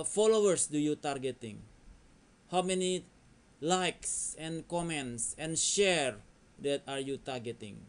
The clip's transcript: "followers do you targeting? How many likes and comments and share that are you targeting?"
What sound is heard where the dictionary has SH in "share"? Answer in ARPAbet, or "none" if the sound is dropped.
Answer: SH